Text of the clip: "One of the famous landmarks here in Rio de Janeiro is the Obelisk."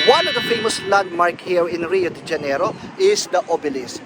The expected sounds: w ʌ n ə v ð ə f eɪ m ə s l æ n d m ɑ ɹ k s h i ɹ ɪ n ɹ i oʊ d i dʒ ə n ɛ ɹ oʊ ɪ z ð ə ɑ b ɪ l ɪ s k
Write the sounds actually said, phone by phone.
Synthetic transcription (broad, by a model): w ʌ n ə v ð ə f eɪ m ə s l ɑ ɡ m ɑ ɹ k h i ɹ ɪ n ɹ i oʊ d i dʒ ə n ɛ ɹ oʊ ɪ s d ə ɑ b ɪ l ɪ s